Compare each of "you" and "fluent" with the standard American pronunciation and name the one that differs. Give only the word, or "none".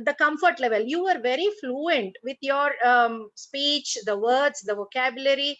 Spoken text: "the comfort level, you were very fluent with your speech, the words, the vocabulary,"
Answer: none